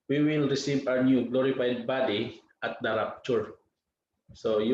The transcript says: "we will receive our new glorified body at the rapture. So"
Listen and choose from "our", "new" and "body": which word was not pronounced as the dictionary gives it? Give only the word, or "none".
our